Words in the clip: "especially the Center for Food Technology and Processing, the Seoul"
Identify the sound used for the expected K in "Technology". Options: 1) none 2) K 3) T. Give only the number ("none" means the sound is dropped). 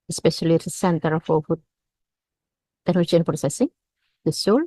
1